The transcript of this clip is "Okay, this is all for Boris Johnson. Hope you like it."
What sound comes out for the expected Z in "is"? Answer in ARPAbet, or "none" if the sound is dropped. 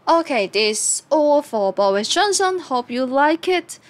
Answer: S